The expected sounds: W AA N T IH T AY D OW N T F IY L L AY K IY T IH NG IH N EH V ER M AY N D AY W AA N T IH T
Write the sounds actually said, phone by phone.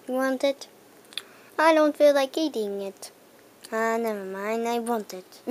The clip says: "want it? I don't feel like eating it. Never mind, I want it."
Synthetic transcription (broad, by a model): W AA N T IH T AY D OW N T F IY L L AY K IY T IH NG IH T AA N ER M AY N AY W AA N T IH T